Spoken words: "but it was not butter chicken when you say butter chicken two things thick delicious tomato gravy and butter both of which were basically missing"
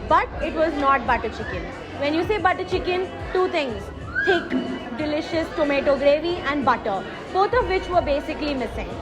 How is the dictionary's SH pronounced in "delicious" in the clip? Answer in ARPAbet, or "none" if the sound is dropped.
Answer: SH